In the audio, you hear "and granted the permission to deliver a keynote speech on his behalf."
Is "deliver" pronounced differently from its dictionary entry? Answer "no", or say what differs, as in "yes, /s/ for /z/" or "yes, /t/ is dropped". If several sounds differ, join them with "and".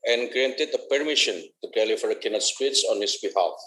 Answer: yes, /f/ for /v/